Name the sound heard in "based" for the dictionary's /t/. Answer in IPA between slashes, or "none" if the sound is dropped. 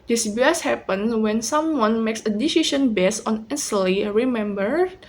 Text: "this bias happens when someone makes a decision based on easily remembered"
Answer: none